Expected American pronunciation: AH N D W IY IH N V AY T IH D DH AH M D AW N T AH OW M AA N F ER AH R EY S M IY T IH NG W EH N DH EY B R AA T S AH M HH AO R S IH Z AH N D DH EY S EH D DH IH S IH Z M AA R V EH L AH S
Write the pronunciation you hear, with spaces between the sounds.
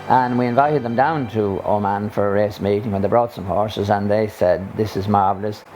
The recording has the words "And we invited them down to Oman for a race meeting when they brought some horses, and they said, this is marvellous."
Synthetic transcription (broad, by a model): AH N W IY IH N V AY T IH D DH AH M D AW N T AH OW M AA N F ER AH R EY S M IY T IH NG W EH N DH EY B R AA T S AH M HH AO R S IH Z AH N DH EY S EH D DH IH S IH Z M AA R V L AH S